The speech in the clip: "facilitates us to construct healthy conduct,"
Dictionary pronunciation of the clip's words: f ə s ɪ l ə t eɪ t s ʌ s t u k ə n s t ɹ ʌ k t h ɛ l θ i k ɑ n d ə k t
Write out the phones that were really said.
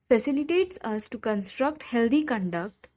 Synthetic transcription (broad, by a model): f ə s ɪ l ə t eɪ t s ʌ s t u k ə n s t ɹ ʌ k t h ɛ l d i k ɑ n d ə k t